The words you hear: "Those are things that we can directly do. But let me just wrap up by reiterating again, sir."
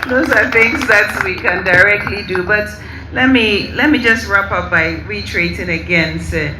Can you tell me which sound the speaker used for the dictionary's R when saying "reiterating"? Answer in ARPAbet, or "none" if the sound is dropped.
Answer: W